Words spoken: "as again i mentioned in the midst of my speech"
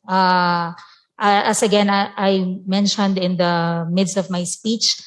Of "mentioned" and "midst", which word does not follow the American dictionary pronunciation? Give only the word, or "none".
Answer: none